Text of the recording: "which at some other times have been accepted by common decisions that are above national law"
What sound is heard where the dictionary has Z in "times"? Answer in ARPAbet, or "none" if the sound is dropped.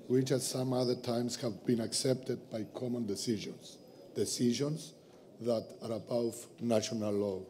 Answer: S